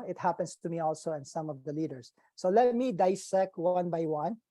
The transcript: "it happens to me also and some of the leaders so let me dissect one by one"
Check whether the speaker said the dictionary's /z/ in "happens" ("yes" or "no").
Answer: no